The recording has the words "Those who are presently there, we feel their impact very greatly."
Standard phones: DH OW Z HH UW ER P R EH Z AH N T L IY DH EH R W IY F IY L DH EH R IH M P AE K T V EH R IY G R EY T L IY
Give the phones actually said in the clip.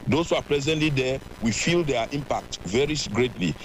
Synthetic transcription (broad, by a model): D OW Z HH UW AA P L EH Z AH N T L IY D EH W IY F IY L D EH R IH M P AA K T V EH R IY G R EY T L IY